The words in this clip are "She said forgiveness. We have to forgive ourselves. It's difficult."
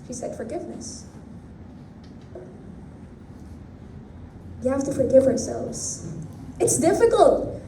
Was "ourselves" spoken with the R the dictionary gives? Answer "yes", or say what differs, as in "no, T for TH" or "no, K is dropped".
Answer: yes